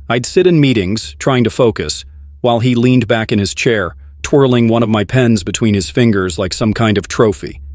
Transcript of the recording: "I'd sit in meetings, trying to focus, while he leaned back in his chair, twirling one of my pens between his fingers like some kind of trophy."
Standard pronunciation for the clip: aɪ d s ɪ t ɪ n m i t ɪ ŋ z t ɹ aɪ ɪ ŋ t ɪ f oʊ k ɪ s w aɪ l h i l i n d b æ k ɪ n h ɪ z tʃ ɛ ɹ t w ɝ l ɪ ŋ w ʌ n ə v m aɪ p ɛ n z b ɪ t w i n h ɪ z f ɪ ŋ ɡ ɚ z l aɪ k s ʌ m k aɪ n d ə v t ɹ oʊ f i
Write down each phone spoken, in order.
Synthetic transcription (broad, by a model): aɪ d s ɪ t ɪ n m i t ɪ ŋ z t ɹ aɪ ɪ ŋ t ɪ f oʊ k ɪ s w aɪ l i l i n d b æ k ɪ n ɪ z tʃ ɛ ɹ t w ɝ l ɪ ŋ w ʌ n ə v m aɪ p ɛ n z b ɪ t w i n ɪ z f ɪ ŋ ɡ ɚ z l aɪ k s ʌ m k aɪ n d ə v t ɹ oʊ f i